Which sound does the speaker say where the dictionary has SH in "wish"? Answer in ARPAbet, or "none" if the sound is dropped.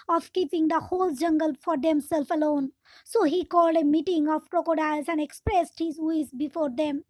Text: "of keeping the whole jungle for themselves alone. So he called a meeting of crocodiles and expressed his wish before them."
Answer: S